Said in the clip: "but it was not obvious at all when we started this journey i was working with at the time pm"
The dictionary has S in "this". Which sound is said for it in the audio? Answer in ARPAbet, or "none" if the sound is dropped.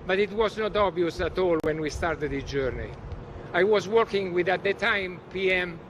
none